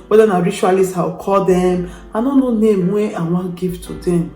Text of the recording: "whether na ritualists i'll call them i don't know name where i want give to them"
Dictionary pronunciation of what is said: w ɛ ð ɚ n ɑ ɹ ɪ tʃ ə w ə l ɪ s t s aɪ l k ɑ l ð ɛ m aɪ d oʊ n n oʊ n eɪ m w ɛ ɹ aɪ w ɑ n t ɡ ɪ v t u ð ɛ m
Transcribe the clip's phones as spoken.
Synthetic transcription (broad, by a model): w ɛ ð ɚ n ɑ ɹ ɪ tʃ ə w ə l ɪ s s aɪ w k ɑ l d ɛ m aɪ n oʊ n n oʊ n eɪ m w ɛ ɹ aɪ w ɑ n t ɡ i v t u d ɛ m